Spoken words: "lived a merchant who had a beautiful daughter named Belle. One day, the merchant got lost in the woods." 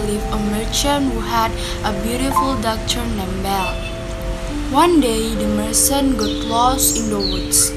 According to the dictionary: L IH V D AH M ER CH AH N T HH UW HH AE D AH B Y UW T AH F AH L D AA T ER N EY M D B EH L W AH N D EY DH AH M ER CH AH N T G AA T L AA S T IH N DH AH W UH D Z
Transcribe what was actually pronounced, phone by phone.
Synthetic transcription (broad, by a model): L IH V AH M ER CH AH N HH UW HH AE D AH B Y UW T AH F AH L D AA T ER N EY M B EH L W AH N D EY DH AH M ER S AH N G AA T L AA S IH N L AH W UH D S